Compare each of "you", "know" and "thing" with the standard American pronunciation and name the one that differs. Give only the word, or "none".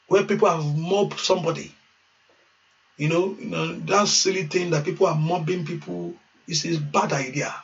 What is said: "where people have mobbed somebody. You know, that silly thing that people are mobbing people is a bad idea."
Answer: thing